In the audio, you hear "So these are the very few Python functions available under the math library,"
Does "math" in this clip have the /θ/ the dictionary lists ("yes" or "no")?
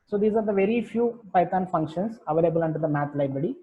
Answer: no